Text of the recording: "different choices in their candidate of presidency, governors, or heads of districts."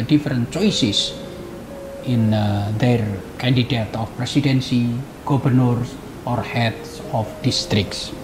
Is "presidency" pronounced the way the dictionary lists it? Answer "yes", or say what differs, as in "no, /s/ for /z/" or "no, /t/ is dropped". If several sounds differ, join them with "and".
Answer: no, /s/ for /z/